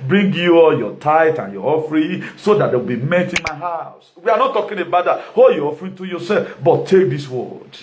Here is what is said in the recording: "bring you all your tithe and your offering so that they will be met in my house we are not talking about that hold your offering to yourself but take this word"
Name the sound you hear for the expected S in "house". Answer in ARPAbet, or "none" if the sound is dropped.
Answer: S